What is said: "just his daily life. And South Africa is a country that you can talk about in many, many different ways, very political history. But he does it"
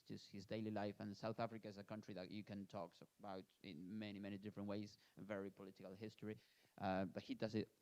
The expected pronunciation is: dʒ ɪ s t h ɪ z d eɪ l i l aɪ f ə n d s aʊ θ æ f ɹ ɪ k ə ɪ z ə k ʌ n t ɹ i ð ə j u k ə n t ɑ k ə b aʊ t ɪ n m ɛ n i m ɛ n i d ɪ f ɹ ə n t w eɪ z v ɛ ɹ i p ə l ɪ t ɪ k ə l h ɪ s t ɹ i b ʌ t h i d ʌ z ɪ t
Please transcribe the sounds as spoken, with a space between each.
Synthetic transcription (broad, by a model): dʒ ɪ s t h ɪ z d eɪ l i l aɪ f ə n s aʊ θ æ f ɹ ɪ k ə ɪ z ə k ʌ n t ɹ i ð ə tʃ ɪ k ə n t ɑ k ə b aʊ t ɪ n m ɛ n i m ɛ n i d ɪ f ɹ ə n t w eɪ z v ɛ ɹ i p ə l ɪ t ɪ k ə l h ɪ s t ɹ i b ʌ t h i d ʌ z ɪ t